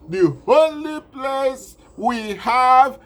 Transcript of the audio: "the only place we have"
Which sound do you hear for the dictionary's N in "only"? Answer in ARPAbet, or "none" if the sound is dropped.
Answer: none